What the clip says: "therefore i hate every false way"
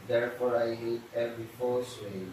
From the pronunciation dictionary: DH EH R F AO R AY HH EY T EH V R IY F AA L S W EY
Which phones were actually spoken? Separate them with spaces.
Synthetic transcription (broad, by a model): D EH R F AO R AY HH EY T EH V R IY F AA S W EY